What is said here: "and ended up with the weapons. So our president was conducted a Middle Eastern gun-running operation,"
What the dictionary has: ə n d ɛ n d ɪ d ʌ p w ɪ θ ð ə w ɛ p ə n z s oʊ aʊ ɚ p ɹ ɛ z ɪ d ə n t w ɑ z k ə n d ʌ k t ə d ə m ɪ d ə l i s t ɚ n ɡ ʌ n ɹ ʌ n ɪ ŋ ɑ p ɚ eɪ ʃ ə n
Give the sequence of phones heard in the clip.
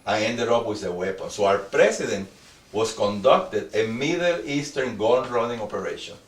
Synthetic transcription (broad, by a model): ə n ɛ n d ɪ d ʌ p w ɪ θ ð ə w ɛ p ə n s oʊ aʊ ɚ p ɹ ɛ s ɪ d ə n t w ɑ s k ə n d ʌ k t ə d ə m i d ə l i s t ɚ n ɡ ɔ l ɹ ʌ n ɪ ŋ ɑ p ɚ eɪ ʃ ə n